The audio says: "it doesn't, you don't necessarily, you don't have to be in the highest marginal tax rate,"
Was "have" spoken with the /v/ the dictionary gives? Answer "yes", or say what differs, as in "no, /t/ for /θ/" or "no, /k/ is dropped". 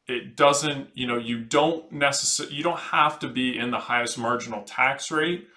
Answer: no, /f/ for /v/